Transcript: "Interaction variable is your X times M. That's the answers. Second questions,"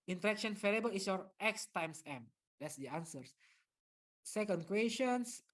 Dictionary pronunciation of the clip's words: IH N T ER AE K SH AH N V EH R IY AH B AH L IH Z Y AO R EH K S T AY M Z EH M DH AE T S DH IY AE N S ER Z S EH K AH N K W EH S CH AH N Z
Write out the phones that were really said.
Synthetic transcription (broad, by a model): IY N T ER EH K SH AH N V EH L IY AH B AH L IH S Y AO R EH K S T AY M S EH M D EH T S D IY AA N S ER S S EH K AH N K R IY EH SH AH N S